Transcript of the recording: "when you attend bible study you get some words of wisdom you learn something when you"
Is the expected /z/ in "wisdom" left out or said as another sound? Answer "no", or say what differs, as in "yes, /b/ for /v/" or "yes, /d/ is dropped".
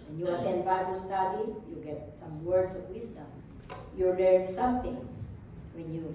yes, /s/ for /z/